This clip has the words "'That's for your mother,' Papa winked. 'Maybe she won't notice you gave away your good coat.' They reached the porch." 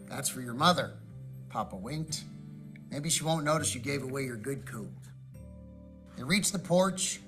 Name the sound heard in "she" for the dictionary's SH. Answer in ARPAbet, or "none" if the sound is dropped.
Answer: SH